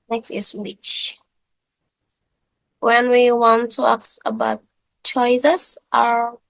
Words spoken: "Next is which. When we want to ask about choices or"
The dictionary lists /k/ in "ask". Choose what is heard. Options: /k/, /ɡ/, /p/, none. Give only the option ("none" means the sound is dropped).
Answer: none